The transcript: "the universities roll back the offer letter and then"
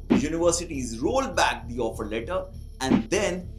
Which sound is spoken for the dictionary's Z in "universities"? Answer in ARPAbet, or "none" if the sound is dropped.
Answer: Z